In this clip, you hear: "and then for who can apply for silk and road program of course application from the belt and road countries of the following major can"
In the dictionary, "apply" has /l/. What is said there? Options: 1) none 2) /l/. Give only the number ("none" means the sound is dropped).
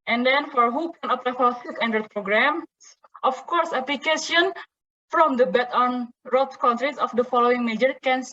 1